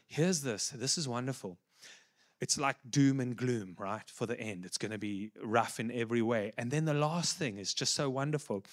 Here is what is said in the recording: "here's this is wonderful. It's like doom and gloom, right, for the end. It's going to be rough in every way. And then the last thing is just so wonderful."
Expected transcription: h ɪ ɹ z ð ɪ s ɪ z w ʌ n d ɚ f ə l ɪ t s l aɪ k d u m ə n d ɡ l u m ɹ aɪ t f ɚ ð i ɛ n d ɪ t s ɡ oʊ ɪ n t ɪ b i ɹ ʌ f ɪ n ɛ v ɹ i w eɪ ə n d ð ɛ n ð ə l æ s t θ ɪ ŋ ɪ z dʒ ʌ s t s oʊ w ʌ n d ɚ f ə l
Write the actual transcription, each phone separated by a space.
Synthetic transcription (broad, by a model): h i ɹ z ð ɪ s ɪ z w ʌ n d ɚ f ə l ɪ t s l aɪ k d u m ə n ɡ l u m ɹ aɪ t f ɚ ð i ɛ n d ɪ t s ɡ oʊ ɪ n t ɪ b i ɹ ʌ f ɪ n ɛ v ɹ i w eɪ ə n ð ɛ n ð ə l æ s t θ ɪ ŋ ɪ z dʒ ʌ s t s oʊ w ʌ n d ɚ f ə l